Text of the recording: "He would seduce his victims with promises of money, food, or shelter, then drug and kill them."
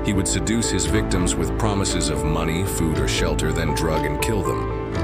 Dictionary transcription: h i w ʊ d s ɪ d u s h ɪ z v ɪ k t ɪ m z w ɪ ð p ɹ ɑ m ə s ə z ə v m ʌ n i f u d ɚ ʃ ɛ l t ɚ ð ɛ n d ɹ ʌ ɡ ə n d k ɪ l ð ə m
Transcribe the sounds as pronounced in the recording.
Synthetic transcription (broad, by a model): h i w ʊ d s ɪ d u s h ɪ z v ɪ k t ɪ m z w ɪ ð p ɹ ɑ m ə s ə z ə v m ʌ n i f u d ɚ ʃ ɛ l t ɚ ð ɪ n d ɹ ʌ ɡ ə n k ɪ l ð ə m